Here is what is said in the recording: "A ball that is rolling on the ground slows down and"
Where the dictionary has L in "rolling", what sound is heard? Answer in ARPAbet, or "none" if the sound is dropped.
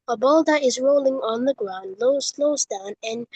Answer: L